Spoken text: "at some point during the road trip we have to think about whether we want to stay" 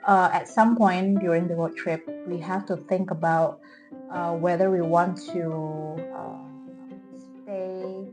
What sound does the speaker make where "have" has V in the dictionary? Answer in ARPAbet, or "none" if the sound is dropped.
F